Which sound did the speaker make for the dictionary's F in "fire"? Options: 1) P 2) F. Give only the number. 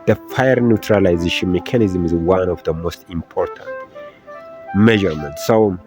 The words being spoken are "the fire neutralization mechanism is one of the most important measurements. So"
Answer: 2